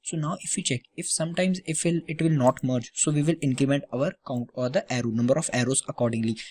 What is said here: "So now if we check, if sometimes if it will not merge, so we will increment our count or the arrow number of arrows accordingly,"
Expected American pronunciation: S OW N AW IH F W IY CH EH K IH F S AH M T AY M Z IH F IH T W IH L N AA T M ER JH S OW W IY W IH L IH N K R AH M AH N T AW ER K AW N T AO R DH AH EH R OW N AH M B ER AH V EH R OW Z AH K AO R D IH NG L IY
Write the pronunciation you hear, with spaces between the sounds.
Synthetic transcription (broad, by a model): S OW N AW IH F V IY CH EH K IH F S AH M T AY M Z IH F IH T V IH L N AA T M ER JH S OW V IY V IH L IH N K R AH M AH N T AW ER K AW N T AO R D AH EH R OW N AH M B ER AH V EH R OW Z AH K AO R D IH NG L IY